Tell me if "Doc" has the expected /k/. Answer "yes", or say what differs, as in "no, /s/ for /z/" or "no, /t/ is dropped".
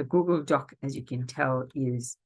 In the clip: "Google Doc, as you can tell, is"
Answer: yes